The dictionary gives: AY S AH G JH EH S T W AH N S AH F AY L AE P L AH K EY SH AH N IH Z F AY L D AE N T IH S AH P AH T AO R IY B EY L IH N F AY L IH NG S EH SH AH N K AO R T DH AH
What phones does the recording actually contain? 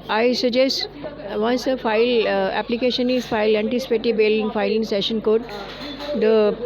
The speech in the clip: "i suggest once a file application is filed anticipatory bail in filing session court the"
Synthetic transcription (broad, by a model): AY S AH JH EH S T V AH N S AH F AY L AE P L AH K EY SH AH N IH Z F AY L AE N T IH S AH P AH T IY B EY L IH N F AY L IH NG S EH SH AH N K AO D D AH